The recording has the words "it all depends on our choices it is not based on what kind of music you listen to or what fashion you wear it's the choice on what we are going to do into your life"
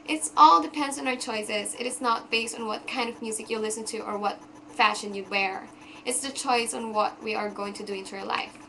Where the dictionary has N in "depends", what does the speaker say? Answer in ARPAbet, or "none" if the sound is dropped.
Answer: N